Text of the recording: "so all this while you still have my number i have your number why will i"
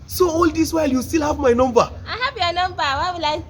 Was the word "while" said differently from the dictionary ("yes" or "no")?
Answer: no